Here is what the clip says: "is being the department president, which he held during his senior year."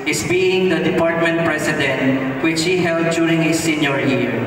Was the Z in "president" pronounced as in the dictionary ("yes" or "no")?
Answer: no